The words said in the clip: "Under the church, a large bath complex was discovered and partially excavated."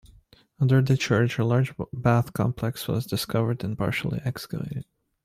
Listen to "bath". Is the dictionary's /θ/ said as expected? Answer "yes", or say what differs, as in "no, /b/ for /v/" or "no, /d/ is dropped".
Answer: yes